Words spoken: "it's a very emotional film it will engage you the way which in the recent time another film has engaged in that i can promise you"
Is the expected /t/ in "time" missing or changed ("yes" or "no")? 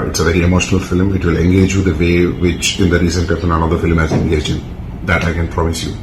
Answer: yes